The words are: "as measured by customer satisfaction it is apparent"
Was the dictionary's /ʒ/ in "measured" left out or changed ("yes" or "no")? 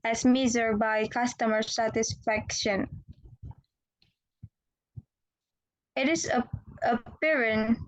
yes